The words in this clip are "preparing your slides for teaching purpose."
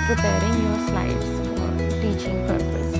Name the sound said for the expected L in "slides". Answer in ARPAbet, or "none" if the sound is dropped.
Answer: none